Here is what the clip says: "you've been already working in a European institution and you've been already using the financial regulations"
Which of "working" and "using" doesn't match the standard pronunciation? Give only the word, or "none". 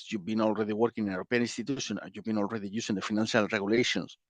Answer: using